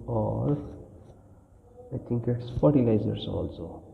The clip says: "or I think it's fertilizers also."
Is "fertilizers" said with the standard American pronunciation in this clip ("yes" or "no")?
no